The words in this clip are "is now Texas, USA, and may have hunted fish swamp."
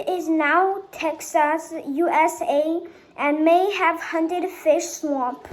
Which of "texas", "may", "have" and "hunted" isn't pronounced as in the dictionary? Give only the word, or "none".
none